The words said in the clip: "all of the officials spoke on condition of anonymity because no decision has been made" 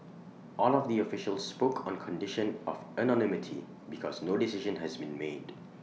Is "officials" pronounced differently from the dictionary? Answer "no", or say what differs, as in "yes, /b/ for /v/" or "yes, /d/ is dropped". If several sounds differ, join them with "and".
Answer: no